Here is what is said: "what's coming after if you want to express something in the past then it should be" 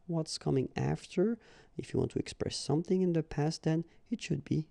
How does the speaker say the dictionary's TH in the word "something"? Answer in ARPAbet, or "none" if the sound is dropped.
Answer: TH